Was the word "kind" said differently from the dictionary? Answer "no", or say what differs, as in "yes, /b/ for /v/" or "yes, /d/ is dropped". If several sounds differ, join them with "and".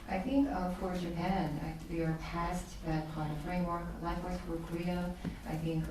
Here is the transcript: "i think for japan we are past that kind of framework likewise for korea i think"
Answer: yes, /d/ is dropped